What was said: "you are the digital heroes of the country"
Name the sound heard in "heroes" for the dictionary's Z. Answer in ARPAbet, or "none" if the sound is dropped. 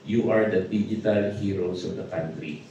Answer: S